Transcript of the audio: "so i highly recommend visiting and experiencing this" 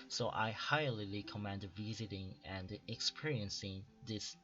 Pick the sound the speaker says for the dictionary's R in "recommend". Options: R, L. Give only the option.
L